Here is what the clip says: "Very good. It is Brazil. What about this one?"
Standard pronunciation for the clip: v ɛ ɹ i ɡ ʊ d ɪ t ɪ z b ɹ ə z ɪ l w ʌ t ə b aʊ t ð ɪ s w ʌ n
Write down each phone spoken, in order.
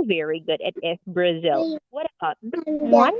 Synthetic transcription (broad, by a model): v ɛ ɹ i ɡ ʊ d ɪ t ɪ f b ɹ ə z ɪ l w ʌ t ə b aʊ t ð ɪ w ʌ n